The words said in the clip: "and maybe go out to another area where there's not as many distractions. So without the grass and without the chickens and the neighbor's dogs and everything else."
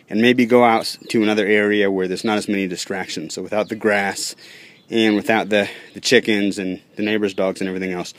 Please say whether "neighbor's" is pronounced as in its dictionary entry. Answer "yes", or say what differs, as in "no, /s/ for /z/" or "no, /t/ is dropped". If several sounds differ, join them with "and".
yes